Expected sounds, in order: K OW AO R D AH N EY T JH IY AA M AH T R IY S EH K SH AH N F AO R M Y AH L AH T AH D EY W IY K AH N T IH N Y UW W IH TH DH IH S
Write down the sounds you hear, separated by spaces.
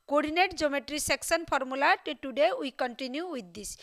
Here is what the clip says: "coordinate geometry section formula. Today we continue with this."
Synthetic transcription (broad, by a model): K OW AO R D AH N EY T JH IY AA M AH T R IY S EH K S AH N P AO R M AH L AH T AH D EY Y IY K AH N T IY N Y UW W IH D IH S